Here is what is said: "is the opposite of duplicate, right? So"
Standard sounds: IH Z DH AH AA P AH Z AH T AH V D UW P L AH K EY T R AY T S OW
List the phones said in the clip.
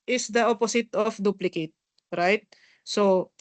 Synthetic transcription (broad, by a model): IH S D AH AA P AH S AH T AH F D UW P L AH K EY T R AY T S OW